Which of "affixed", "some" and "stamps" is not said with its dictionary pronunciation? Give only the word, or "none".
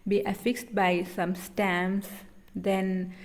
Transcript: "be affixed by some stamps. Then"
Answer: stamps